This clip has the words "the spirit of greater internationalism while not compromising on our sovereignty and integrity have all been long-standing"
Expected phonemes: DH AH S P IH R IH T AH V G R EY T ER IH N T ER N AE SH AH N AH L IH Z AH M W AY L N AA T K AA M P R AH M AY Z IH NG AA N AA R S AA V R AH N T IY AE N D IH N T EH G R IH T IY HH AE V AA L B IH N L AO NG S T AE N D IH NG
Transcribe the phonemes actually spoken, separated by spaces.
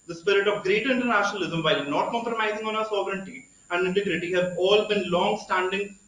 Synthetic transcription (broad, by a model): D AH S P IH R IH T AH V G R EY T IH N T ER N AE SH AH N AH L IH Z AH M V AY L N AA T K AA M P R AH M AY Z IH NG AA N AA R S AA V R AH N T IY AE N D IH N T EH G R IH T IY HH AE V AA L B IH N L AO NG S T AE N D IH NG